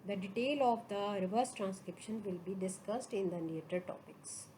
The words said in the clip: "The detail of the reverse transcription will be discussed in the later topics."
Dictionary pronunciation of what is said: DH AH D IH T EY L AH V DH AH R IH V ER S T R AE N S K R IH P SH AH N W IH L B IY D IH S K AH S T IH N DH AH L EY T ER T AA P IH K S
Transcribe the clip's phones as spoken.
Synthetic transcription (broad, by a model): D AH D IH T EY L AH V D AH R IH V ER S T R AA N S K R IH P SH AH N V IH L B IY D IH S K AH S T IH N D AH N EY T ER T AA P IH K S